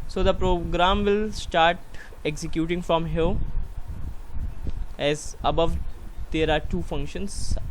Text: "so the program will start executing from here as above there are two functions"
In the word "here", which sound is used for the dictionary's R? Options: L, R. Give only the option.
L